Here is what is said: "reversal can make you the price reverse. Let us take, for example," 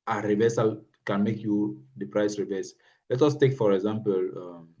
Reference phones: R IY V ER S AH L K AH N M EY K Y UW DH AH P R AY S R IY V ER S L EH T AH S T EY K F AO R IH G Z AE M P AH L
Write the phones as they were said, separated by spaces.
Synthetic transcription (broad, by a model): R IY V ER S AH L K AH N M EY K Y UW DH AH P R AY S R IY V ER S L EH T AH S T EY K F AO R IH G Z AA M P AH L